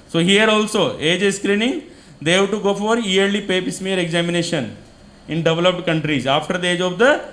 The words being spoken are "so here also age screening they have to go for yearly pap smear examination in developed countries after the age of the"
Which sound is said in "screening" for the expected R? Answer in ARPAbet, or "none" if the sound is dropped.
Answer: R